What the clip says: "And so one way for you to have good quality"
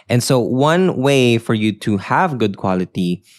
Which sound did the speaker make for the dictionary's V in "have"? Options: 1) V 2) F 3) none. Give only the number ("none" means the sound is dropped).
1